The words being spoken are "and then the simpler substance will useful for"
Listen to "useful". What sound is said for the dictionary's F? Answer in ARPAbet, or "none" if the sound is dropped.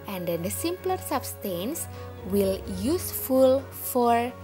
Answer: F